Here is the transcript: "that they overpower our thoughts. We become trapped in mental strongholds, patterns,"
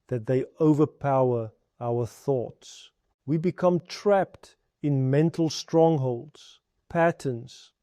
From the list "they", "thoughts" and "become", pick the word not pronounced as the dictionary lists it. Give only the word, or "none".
none